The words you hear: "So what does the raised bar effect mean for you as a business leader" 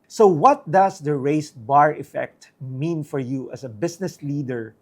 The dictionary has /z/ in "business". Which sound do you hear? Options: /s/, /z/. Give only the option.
/s/